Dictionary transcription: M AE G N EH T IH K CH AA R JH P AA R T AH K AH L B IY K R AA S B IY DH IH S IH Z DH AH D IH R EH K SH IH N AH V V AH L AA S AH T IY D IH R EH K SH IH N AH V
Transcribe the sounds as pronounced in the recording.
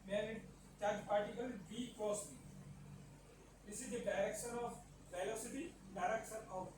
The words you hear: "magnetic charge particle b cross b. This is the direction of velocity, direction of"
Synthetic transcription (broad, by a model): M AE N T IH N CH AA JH P AA R T AH K AH L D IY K AA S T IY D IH S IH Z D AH D IH R EH K SH IH N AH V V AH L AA S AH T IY D IH R EH K SH IH N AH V